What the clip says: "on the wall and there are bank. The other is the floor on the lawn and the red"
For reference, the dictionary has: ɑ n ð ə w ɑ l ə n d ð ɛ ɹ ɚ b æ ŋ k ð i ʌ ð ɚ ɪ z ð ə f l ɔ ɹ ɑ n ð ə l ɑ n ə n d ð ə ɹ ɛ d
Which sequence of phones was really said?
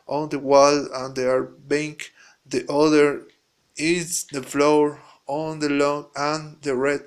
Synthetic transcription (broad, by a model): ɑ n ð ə w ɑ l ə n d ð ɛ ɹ b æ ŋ k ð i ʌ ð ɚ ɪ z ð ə f l ɔ ɹ ɑ n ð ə l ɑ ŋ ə n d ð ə ɹ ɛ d